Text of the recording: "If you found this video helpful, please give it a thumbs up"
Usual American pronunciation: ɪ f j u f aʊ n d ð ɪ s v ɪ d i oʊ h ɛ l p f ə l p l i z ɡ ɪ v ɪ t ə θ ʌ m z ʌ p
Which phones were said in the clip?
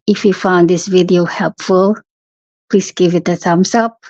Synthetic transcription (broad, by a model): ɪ f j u f aʊ n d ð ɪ s v ɪ d i oʊ h ɛ l p f ə l p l i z ɡ ɪ v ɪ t ə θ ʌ m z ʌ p